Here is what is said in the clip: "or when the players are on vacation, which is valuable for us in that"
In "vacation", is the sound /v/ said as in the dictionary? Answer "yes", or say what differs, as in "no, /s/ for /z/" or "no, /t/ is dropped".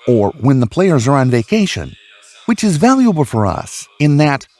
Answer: yes